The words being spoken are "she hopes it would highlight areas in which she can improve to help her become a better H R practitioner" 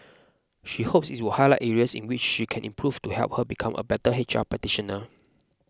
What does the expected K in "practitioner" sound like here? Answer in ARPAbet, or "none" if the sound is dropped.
none